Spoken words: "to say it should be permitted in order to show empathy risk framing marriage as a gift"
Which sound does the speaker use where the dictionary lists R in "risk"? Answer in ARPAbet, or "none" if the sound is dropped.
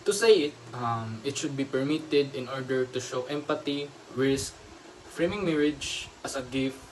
W